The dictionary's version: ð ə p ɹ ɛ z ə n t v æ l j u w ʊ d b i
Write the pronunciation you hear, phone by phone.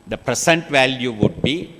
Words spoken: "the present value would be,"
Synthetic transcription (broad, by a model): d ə p ɹ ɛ s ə n t v æ l j u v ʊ d b i